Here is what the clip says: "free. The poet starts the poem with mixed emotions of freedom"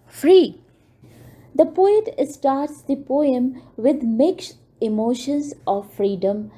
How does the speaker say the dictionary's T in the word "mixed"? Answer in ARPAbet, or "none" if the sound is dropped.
none